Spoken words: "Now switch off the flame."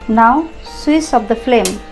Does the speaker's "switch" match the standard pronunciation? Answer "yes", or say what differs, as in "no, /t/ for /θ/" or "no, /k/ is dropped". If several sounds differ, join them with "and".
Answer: no, /s/ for /tʃ/